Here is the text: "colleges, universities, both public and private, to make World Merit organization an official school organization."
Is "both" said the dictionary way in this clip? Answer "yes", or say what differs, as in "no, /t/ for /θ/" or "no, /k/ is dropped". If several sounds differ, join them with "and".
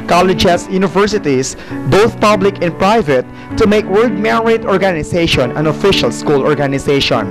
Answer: yes